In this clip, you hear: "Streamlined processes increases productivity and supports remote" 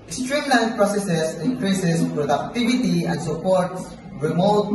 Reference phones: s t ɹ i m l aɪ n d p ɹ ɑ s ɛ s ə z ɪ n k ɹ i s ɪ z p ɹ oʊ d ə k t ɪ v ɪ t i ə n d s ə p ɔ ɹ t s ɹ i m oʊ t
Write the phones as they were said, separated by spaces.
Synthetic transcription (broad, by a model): s t ɹ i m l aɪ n p ɹ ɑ s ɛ s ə s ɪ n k ɹ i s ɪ s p ɹ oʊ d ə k t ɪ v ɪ t i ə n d s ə p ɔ ɹ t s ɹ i m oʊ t